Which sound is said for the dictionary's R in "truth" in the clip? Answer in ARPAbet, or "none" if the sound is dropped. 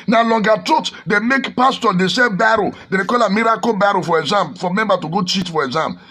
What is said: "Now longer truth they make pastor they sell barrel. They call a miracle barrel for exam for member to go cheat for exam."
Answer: none